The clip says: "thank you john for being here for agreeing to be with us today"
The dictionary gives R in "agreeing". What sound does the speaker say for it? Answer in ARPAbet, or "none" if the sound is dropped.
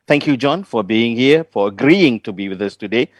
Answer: R